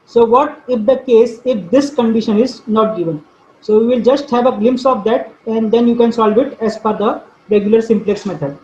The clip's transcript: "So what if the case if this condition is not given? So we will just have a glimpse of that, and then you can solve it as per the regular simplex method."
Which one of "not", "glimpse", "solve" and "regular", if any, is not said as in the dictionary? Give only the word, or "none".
none